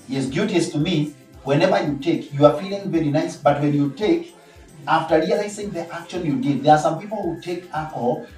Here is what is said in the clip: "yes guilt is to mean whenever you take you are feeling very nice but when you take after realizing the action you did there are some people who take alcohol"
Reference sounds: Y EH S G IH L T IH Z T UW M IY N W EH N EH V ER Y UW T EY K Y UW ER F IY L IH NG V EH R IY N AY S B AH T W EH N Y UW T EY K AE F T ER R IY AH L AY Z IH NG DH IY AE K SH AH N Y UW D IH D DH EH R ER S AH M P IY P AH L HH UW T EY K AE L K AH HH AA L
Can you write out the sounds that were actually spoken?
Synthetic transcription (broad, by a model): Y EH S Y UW T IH S T UW M IY W EH N EH V ER Y UW T EY K Y UW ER F IY L IH NG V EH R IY N AY S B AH T W EH N Y UW T EY K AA F T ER R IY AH L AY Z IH NG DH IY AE K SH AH N Y UW D IH D DH EH R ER S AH M P IY P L HH UW T EY K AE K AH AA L